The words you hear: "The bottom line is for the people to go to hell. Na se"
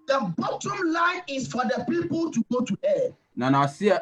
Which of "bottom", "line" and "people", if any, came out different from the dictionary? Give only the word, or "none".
none